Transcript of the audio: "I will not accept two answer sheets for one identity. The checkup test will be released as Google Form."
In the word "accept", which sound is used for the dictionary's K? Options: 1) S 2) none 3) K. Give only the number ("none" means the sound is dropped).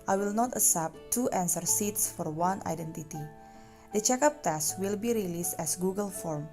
2